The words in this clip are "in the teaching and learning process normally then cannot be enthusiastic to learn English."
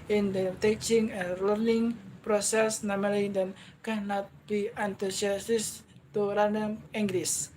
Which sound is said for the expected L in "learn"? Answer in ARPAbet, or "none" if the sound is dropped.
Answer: N